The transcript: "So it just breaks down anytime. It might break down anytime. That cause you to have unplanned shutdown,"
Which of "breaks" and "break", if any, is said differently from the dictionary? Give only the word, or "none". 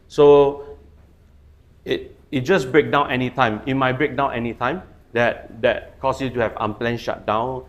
breaks